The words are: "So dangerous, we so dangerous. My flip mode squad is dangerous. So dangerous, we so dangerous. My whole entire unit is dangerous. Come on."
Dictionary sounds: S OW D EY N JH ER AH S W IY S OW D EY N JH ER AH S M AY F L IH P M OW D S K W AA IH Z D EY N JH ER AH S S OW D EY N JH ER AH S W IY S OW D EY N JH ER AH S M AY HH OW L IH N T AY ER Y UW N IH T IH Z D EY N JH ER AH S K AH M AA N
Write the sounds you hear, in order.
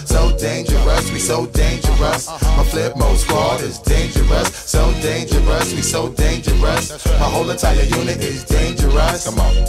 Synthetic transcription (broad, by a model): S OW D EY N JH ER AH S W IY S OW D EY N JH ER AH S M AY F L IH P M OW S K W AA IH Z D EY N JH ER AH S S OW D EY N JH ER AH S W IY S OW D EY N JH ER AH S M AY HH OW L IH N T AY ER Y UW N IH T IH Z D EY N JH ER AH S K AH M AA